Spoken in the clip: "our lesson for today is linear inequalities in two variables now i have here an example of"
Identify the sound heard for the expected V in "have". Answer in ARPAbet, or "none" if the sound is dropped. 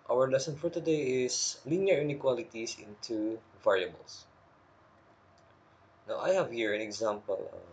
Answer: V